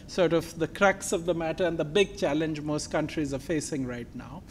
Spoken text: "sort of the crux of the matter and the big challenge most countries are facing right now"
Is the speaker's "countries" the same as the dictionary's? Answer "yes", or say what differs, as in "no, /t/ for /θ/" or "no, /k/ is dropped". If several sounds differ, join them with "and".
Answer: yes